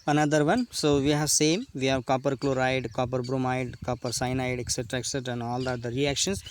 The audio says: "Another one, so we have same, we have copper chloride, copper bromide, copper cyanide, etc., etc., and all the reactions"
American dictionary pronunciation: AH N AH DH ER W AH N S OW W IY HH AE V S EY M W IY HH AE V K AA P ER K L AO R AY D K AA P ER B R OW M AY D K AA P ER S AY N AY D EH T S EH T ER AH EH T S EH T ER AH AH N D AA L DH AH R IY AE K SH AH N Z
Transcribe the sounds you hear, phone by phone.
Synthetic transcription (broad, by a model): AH N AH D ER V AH N S OW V IY HH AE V S EY M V IY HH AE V K AA P ER K L AO R AY D K AA P ER B R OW M AY D K AA P ER S AY N AY D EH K S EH T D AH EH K S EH T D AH AH N D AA L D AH R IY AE K SH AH N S